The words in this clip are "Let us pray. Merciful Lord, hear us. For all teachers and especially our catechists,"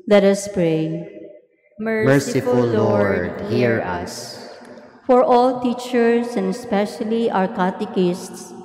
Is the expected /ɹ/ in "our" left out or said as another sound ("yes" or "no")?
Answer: no